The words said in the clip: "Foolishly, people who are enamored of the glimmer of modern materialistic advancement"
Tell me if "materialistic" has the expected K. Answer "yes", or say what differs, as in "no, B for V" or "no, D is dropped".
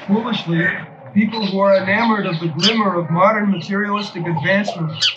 yes